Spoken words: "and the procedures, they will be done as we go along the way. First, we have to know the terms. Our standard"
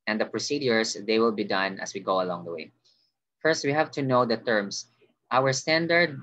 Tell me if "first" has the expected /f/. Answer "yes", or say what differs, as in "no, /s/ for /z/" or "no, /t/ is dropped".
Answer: yes